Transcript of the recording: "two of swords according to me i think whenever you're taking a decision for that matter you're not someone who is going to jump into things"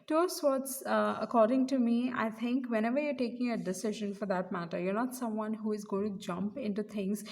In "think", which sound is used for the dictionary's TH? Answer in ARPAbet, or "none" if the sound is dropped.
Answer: T